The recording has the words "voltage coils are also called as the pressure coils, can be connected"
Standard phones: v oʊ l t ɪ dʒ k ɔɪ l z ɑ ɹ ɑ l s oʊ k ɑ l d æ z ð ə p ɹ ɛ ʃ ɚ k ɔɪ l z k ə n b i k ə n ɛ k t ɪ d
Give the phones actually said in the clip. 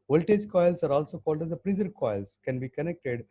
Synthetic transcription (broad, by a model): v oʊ l t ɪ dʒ k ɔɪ l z ɑ ɹ ɑ l s oʊ k ɑ l d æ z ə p ɹ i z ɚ k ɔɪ l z k ə n b i k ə n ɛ k t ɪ d